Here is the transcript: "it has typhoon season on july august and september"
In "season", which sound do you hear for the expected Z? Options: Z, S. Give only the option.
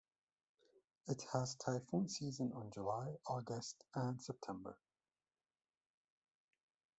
Z